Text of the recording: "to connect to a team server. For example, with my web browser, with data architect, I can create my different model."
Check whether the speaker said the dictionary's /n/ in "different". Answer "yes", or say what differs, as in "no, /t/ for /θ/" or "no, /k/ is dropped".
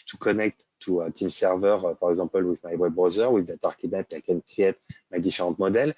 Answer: no, /n/ is dropped